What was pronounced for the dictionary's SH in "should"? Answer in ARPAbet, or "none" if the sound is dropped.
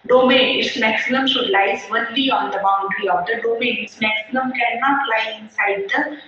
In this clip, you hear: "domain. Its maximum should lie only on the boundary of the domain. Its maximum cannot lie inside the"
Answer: SH